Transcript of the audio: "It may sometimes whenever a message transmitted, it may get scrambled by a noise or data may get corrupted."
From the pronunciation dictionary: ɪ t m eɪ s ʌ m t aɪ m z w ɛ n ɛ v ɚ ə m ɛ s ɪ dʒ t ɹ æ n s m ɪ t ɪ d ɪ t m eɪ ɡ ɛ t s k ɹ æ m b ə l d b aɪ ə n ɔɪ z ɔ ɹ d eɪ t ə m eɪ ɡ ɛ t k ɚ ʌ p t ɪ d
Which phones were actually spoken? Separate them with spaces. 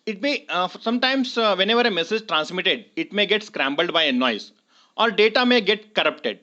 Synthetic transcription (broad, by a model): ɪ t m eɪ s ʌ m t aɪ m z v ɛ n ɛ v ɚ ə m ɛ s ɪ dʒ t ɹ æ n s m ɪ t ɪ d ɪ t m eɪ ɡ ɛ t s k ɹ æ m b ə l d b aɪ ə n ɔɪ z ɔ ɹ d eɪ t ə m eɪ ɡ ɛ t k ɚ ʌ p t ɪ d